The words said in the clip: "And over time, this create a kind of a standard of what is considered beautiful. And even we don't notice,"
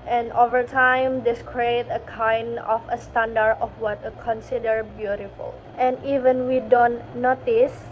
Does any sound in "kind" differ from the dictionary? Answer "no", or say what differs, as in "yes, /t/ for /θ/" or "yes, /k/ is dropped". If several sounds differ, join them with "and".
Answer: no